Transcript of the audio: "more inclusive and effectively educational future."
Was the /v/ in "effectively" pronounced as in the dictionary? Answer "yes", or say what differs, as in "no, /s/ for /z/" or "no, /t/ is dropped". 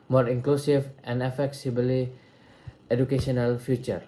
no, /b/ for /v/